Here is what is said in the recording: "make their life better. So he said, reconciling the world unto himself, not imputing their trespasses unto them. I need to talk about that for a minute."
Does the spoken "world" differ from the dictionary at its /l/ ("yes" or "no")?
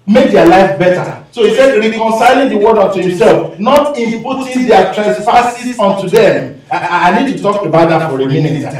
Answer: yes